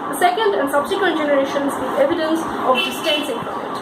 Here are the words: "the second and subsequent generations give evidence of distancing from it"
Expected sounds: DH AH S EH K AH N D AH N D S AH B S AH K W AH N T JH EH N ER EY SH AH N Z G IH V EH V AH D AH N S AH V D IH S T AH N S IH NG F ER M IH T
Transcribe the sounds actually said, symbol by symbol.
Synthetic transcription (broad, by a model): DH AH S EH K AH N D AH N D S AH B S AH K W AH N T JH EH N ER EY SH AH N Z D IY EH V AH D AH N S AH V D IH S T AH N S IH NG P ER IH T